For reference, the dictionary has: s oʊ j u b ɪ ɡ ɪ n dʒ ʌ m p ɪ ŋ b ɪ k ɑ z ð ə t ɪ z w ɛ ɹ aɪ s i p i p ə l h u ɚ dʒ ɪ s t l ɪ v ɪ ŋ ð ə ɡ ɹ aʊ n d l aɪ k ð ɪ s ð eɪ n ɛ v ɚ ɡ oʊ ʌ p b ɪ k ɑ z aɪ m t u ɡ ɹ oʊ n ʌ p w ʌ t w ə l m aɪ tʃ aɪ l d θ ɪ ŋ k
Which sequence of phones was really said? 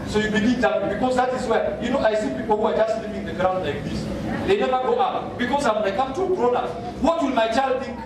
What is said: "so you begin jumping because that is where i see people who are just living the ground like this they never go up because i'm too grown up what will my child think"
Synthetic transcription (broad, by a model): s oʊ j u b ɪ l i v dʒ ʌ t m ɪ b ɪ k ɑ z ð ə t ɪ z w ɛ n aɪ s i p i p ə l h u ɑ dʒ ɪ s t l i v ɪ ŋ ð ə ɡ ɹ aʊ n d l aɪ k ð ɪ s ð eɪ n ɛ v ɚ ɡ oʊ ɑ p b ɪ k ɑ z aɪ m t u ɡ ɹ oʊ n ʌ w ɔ t w ə l m aɪ tʃ aɪ l d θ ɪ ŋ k